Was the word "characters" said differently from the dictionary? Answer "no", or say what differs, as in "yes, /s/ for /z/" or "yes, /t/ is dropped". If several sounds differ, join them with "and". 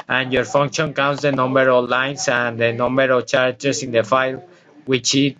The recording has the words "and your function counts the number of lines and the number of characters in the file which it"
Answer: yes, /s/ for /z/